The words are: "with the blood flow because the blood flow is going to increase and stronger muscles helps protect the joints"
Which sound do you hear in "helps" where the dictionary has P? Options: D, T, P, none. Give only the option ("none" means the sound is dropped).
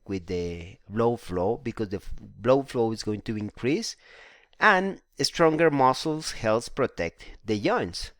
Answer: none